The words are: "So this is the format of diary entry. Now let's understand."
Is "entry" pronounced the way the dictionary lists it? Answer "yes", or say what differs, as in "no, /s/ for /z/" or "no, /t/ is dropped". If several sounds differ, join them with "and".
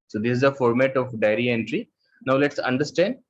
yes